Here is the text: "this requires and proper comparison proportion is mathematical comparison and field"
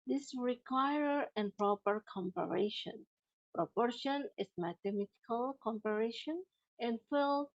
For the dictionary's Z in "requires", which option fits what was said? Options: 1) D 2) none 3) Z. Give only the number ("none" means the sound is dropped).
2